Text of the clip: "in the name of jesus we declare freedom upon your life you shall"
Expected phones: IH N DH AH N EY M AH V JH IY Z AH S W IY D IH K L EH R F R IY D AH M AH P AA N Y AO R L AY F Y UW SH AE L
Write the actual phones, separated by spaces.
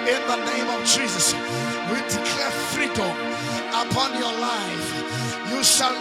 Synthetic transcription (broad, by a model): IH N DH AH N EY M AH V JH IY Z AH S W IY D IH K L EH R F R IY D AH M AH P AA N Y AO L AY F Y UW SH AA L